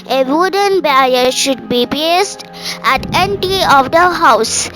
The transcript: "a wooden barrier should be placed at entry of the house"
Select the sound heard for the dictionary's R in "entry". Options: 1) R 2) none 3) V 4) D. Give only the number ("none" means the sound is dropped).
2